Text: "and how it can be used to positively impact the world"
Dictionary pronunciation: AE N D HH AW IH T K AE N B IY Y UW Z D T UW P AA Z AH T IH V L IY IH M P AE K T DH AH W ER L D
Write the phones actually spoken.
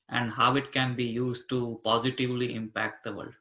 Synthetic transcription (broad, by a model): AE N D HH AW IH T K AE N B IY Y UW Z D T UW P AA Z AH T IH V L IY IH M P AE K T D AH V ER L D